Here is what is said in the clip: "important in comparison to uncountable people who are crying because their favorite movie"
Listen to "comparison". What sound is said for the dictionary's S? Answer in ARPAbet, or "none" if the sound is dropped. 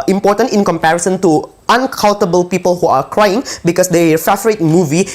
S